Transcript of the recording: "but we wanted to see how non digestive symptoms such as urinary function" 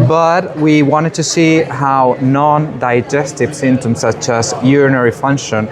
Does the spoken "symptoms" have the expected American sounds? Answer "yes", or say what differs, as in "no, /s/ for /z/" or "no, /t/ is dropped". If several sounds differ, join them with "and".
no, /p/ is dropped